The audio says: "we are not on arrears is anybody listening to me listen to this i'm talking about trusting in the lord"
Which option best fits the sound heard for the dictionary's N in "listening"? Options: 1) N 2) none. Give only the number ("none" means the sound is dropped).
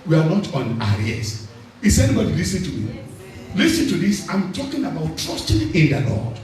2